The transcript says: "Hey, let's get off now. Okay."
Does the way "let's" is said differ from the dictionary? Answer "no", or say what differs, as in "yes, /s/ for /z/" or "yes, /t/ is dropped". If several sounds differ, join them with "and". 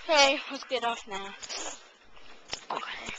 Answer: yes, /w/ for /l/